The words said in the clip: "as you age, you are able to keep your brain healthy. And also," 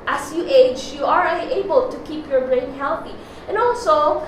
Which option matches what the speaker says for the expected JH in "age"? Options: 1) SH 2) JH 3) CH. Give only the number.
2